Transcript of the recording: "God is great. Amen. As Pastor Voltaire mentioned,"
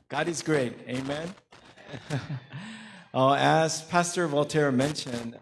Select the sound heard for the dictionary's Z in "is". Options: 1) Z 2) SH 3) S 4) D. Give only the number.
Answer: 1